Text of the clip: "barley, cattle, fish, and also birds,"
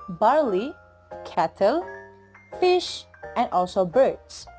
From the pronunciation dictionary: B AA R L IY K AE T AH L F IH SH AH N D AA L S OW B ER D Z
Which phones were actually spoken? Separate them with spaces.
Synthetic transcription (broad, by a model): B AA R L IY K AE T AH L F IH SH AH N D AA L S OW B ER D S